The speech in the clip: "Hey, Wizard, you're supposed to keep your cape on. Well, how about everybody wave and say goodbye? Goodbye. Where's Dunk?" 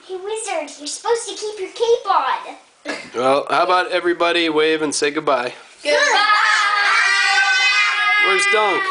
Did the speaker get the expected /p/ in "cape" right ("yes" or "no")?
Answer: no